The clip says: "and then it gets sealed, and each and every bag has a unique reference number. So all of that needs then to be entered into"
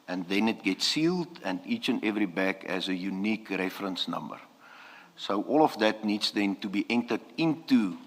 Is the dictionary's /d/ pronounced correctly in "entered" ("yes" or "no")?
yes